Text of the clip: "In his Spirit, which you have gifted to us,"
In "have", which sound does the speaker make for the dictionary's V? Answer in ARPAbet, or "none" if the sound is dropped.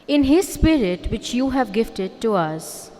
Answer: V